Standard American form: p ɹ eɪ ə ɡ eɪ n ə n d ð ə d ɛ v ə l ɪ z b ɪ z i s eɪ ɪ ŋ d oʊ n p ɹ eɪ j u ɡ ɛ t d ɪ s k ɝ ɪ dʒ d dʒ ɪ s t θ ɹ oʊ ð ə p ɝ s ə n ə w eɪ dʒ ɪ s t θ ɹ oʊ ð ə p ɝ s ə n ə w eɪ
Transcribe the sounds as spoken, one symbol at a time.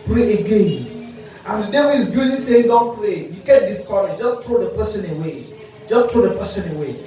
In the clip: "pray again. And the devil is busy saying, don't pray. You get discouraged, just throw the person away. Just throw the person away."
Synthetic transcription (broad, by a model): p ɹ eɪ ə ɡ eɪ n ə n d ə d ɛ w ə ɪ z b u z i s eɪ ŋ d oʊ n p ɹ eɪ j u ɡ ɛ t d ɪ s k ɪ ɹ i dʒ ɪ s t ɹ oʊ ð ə p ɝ s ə n ə w eɪ dʒ ɪ s t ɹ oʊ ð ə p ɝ s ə n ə w eɪ